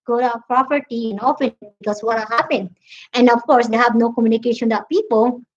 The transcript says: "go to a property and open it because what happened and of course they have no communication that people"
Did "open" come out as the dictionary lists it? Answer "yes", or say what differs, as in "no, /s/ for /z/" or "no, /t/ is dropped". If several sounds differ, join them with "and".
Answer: no, /f/ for /p/